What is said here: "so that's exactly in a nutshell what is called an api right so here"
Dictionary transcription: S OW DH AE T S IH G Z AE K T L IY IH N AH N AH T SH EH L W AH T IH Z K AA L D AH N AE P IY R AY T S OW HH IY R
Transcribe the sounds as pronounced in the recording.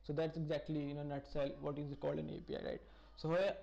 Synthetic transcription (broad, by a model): S OW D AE T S IH G Z AE K T L IY IH N AH N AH T S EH L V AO T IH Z K AA L D AH N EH P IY R AY T S OW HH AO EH